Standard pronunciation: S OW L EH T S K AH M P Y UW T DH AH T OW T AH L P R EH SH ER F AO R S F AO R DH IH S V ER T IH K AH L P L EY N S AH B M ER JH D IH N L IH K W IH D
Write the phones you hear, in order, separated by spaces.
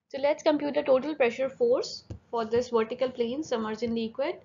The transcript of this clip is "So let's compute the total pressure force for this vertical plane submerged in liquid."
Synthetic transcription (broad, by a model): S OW L EH T S K AH M P Y UW T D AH T OW T AH L P R EH SH ER F AO R S F AO R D IH S V ER T IH K AH L P L EY N S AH M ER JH IH N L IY K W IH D